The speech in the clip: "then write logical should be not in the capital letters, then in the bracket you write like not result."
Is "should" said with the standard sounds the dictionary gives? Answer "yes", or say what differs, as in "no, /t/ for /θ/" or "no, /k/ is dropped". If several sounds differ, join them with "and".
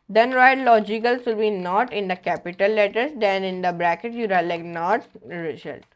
no, /s/ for /ʃ/